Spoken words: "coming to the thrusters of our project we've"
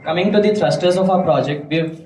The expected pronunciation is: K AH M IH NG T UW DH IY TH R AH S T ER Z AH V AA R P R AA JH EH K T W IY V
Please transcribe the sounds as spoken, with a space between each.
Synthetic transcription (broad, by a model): K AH M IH NG T UW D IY T R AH S T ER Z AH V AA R P R AA JH EH K T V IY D